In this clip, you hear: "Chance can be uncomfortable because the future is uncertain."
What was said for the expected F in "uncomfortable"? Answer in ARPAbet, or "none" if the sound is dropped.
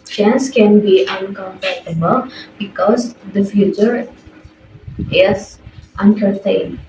P